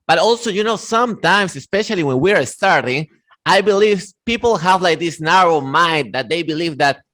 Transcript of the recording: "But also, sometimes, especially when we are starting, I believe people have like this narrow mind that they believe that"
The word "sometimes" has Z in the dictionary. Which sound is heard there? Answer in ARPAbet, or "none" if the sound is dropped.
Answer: S